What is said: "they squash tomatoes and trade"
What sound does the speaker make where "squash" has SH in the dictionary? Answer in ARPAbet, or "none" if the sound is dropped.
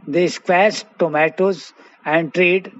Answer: S